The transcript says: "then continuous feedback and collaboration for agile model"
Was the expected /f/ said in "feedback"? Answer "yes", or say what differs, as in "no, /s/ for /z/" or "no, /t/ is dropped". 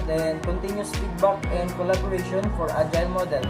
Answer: no, /p/ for /f/